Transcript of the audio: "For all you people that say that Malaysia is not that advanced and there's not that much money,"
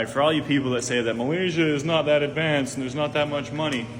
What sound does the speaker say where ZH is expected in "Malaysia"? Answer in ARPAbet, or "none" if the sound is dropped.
ZH